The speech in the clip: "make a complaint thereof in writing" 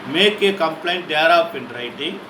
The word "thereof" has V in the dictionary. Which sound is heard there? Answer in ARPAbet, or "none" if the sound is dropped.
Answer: P